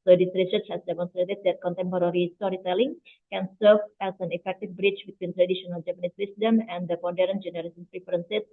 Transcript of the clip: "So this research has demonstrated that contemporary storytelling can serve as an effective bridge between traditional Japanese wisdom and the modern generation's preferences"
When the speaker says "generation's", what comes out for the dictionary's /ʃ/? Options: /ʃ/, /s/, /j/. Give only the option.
/s/